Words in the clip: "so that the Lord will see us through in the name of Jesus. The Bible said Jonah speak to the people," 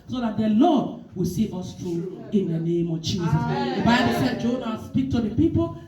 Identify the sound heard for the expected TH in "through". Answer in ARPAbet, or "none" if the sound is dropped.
T